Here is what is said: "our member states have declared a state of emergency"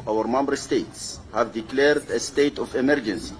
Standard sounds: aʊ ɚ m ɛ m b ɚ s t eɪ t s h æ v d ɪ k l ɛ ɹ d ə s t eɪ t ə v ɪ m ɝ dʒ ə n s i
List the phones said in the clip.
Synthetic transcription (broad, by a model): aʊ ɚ m ɛ m b ɚ s t eɪ t s h æ v d ɪ k l ɛ ɹ d ə s t eɪ t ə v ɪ m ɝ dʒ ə n s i